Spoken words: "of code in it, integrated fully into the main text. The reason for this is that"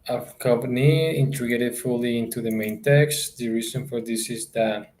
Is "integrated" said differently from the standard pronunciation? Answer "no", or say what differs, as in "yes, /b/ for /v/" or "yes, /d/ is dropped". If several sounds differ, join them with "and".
yes, /ɹ/ is dropped